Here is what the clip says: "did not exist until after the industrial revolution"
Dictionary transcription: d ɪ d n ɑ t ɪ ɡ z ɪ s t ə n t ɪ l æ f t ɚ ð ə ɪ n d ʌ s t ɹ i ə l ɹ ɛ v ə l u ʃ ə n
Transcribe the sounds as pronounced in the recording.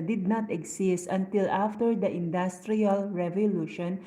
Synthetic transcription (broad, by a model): d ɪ d n ɑ t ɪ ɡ s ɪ s t ə n t ɪ l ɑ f t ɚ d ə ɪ n d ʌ s t ɹ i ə l ɹ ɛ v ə l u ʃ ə n